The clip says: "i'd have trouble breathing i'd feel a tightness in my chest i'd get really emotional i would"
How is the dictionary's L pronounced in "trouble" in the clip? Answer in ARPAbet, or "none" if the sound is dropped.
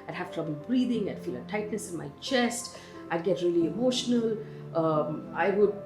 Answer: L